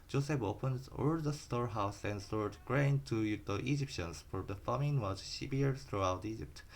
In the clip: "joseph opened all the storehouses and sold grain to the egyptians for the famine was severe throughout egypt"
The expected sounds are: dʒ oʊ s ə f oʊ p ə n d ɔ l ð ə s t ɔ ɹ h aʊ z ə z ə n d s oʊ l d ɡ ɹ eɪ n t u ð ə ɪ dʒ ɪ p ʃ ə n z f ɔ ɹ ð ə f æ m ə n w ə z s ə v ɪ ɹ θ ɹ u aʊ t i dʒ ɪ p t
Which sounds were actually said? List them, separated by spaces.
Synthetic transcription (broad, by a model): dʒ oʊ s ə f oʊ p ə n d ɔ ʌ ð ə s t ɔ ɹ h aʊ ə s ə n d s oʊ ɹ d ɡ ɹ eɪ n t u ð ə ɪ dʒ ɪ p ʃ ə n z f ɔ ɹ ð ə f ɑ m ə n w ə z ʃ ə b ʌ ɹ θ ɹ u aʊ t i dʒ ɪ p t